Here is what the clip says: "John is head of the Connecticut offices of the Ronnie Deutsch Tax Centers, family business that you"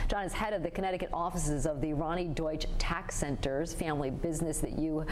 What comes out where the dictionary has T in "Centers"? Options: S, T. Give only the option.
T